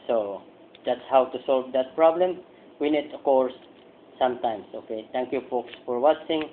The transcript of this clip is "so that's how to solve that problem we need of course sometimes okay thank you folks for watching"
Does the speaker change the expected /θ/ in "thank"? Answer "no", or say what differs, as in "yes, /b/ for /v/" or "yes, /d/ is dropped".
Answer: yes, /t/ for /θ/